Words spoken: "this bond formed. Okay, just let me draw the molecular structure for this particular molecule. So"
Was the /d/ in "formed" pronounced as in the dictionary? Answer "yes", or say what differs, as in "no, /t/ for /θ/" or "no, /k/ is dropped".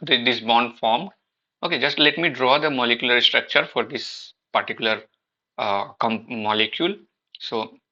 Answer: no, /d/ is dropped